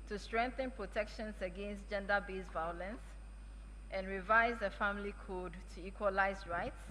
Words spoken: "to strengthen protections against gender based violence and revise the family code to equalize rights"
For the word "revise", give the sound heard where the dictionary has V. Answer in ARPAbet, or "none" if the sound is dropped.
V